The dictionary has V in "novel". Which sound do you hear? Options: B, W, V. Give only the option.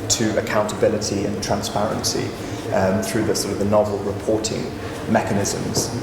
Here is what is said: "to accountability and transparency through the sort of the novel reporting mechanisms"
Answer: V